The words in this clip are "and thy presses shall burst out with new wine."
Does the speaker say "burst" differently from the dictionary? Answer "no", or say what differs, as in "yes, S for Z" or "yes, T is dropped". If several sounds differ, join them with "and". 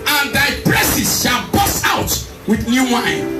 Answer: yes, T is dropped